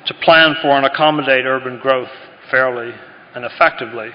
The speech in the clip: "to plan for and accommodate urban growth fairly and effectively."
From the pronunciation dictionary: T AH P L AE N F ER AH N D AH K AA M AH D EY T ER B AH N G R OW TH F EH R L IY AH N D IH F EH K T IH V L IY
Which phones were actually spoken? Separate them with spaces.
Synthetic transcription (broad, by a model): T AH P L AE N F ER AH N AH K AA M AH D EY T ER B AH N G R OW TH F EH R L IY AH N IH F EH K T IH V L IY